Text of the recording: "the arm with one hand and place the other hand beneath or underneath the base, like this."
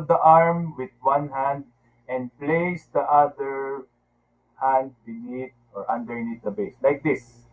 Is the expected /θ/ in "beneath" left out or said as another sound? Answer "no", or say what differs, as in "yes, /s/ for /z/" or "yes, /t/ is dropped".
yes, /t/ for /θ/